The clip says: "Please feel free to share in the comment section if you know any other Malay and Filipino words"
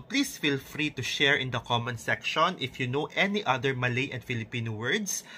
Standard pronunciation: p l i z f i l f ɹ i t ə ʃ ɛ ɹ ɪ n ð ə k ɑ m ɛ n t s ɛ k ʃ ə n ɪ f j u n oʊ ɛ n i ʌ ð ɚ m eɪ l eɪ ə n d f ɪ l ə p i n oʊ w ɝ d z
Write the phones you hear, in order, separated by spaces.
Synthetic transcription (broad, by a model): p l i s f i l f ɹ i t ə ʃ ɛ ɹ ɪ n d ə k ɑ m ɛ n s ɛ k ʃ ə n ɪ f j u n oʊ ɛ n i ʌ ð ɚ m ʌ l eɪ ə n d f ɪ l ə p i n oʊ w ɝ d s